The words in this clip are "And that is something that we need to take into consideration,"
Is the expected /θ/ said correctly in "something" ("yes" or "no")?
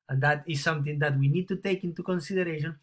no